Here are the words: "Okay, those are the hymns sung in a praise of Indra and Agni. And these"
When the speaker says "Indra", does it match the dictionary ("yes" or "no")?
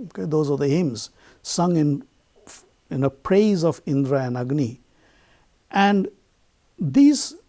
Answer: yes